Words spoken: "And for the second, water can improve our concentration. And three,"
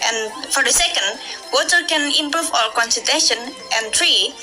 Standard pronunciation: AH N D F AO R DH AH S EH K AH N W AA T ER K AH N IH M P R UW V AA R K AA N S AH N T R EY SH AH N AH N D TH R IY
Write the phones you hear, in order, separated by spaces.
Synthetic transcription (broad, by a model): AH N F AO R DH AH S EH K AH N W AA T ER K AH N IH M P R UW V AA L K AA N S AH T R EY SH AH N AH N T R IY